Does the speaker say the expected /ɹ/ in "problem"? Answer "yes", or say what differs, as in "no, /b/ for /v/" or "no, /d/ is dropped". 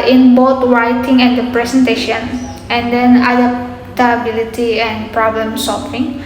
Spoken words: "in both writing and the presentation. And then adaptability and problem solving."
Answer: yes